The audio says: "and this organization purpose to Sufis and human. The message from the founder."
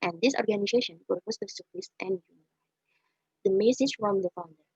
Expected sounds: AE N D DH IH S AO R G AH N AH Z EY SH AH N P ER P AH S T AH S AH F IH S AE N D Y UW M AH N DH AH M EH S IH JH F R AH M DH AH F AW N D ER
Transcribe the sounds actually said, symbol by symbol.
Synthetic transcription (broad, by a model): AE N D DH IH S AO R G AH N AH Z EY SH AH N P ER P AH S T AH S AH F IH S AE N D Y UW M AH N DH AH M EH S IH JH F R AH M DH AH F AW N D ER